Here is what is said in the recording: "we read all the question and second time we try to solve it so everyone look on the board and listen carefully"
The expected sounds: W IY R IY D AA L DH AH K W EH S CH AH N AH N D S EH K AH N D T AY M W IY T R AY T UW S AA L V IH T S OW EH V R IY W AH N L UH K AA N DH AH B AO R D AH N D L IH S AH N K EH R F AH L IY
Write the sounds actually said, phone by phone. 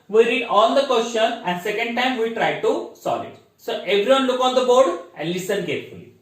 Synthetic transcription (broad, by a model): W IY R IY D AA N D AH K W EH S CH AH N AH N D S EH K AH N D T AY M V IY T R AY T UW S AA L IH T S OW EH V R IY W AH N L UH K AA N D AH B AO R D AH N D L IH S AH N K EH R F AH L IY